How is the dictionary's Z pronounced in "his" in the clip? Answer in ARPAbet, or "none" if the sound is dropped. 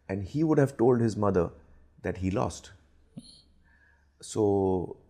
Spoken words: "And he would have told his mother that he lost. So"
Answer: Z